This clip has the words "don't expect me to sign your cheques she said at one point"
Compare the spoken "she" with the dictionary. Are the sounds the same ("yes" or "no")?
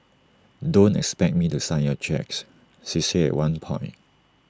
no